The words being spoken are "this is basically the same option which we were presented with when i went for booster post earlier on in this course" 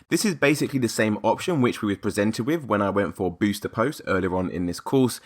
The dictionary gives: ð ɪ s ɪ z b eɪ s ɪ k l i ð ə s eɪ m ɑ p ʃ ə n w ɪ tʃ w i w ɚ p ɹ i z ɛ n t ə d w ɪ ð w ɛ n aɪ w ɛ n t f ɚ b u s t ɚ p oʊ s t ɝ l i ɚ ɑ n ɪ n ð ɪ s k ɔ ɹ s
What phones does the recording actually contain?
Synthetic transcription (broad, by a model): ð ɪ s ɪ z b eɪ s ɪ k l i ð ə s eɪ m ɑ p ʃ ə n w ɪ tʃ w i w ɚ p ɹ i z ɛ n t ə d w ɪ ð w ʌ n aɪ w ɛ n t f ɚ b u s t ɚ p oʊ s t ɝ l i ɚ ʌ n ɪ n ð ɪ s k ɔ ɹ s